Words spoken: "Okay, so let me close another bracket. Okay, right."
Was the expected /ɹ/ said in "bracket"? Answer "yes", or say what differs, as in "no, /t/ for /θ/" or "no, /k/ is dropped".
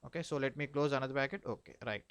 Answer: no, /ɹ/ is dropped